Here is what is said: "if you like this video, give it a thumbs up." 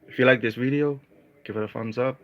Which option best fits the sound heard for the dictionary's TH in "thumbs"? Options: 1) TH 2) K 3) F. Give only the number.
3